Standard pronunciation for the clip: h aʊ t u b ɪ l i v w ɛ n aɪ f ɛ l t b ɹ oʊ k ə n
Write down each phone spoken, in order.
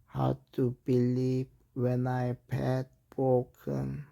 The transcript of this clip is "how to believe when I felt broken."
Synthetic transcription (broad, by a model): h aʊ t u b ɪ l i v w ɛ n aɪ p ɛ t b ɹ oʊ k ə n